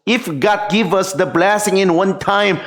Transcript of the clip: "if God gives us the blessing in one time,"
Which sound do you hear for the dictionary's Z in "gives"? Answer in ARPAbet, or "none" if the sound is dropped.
none